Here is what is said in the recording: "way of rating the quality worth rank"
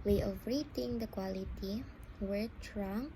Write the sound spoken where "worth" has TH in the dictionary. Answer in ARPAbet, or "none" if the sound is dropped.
T